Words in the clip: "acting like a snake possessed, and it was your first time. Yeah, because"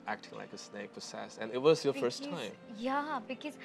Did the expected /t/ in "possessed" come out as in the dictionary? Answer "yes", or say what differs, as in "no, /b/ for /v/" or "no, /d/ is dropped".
no, /t/ is dropped